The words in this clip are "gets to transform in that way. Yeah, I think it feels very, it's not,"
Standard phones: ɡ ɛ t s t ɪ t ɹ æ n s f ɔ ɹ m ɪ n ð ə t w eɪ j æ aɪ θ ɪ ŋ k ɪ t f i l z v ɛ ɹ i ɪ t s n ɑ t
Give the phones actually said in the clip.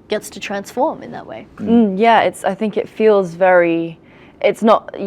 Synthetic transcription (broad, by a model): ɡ ɛ t s t ɪ t ɹ æ n s f ɔ ɹ m ɪ n ð ə t w eɪ j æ aɪ θ ɪ ŋ k ɪ t f i l z v ɛ ɹ i ɪ t s n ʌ t